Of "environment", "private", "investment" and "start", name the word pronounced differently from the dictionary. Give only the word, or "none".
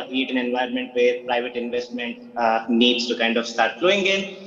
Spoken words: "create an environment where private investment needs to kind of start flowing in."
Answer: environment